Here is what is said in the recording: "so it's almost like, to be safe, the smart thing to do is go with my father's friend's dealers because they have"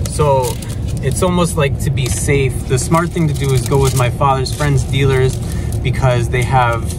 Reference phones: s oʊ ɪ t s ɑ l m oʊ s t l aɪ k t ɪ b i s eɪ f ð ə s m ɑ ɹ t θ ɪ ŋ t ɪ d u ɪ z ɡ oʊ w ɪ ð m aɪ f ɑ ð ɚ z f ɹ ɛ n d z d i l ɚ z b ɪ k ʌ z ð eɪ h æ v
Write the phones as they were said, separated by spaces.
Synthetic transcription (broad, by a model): s oʊ ɪ t s ɑ l m oʊ s t l aɪ k t ɪ b i s eɪ f ð ə s m ɑ ɹ t θ ɪ ŋ t ɪ d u ɪ z ɡ oʊ w ɪ ð m aɪ f ɑ ð ɚ z f ɹ ɛ n d z d i l ɚ z b ɪ k ʌ z ð eɪ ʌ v